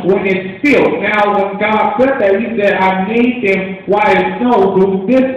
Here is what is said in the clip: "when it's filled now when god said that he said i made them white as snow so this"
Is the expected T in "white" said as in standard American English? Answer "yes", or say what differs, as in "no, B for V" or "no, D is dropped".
no, T is dropped